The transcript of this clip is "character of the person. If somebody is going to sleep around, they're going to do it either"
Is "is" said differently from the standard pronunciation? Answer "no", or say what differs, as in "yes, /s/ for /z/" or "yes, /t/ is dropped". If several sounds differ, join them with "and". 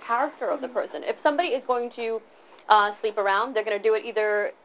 no